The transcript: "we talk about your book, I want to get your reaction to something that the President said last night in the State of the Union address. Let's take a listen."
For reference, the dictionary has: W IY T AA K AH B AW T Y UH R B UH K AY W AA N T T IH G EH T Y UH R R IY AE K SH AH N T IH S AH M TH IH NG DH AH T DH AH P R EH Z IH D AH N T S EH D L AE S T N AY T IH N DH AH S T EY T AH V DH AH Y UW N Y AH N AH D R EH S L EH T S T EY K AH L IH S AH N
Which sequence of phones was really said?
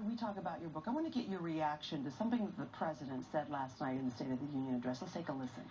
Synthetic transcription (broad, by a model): W IY T AA K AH B AW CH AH R B UH K AY W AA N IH G EH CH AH R R IY AE K SH AH N T IH S AH M TH IH NG DH AH T DH AH P R EH Z IH D AH N T S EH D L AE S T N AY T IH N DH AH S T EY T AH V DH AH Y UW N Y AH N AH D R EH S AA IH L T EY K AH L IH S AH N